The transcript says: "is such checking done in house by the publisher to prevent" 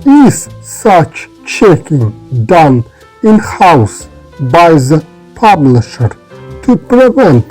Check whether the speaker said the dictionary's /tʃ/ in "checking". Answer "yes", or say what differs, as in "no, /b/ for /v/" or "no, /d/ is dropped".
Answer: yes